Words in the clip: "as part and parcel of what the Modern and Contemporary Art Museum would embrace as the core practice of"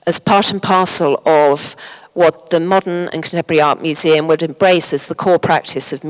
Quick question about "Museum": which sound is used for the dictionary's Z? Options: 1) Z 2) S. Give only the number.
1